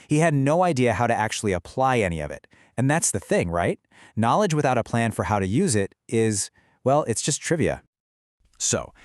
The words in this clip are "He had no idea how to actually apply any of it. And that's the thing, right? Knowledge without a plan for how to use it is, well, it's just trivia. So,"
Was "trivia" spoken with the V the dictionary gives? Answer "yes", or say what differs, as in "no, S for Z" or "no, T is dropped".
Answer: yes